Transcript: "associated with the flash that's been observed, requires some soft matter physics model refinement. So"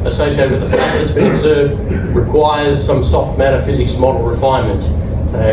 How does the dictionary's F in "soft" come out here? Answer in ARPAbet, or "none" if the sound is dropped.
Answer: F